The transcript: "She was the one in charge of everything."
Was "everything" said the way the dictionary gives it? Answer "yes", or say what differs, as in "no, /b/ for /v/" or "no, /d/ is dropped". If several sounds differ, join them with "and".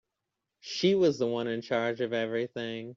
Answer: yes